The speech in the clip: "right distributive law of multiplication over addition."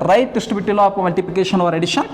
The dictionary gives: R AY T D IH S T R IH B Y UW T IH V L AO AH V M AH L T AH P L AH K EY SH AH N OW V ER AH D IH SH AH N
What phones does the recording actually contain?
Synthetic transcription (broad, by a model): R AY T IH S T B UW T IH L AO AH P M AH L T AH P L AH K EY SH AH N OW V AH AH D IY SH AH N